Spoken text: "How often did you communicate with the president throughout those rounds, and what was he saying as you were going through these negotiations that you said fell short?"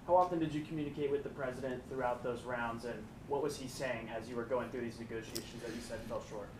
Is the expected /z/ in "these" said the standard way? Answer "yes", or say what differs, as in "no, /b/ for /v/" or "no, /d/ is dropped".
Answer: yes